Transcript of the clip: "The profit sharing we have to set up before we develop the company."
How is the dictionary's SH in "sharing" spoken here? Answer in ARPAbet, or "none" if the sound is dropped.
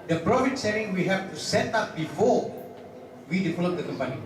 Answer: S